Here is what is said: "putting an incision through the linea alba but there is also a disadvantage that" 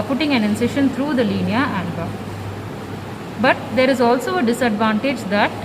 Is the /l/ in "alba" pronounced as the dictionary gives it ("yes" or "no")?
no